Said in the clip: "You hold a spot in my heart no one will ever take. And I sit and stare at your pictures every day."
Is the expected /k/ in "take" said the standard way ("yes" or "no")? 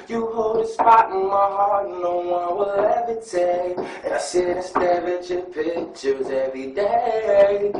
no